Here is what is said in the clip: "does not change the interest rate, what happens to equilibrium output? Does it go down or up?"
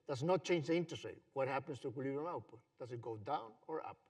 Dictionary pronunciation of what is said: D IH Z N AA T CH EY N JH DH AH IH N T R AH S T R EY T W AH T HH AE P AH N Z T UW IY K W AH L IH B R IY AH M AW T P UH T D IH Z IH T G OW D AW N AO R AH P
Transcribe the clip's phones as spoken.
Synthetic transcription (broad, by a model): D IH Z N AA T CH EY N JH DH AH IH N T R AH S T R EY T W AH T HH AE P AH N S T UW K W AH L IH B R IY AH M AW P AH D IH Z IH T G OW D AW N AO R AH P